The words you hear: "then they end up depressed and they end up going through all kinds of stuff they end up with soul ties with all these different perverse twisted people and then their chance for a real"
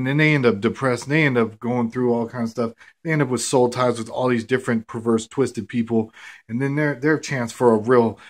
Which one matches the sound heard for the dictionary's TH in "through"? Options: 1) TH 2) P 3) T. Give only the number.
1